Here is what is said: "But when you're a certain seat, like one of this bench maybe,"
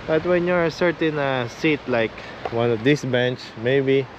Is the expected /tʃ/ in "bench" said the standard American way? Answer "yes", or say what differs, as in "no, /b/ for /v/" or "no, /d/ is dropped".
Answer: yes